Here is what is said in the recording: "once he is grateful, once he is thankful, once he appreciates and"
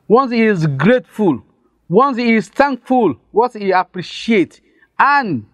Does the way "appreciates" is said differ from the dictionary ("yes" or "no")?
yes